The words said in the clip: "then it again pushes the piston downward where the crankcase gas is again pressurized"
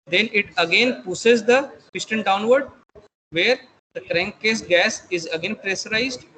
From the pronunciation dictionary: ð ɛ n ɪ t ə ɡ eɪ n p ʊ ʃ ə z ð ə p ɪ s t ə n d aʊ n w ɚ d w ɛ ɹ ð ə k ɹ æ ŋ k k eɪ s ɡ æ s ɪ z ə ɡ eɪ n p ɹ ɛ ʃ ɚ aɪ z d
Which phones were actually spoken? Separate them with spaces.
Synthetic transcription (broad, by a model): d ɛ n ɪ t ə ɡ eɪ n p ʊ s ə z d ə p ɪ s t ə n d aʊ n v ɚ d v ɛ ɹ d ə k ɹ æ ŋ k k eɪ s ɡ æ s ɪ z ə ɡ eɪ n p ɹ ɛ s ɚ aɪ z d